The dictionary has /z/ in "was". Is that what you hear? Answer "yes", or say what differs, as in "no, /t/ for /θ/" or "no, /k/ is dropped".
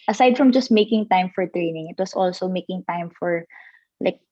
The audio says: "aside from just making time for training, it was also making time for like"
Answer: no, /s/ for /z/